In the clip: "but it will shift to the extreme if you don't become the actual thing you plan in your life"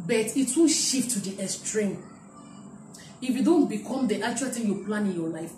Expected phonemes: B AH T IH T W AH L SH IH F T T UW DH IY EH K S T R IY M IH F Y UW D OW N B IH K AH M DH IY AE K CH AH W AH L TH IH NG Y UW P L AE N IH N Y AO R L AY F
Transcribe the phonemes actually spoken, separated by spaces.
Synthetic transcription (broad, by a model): B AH T IH T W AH N SH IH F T T UW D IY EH S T R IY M IH F Y UW D OW N B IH K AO M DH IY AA K CH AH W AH L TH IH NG Y UW P L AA N IH N Y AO L AY F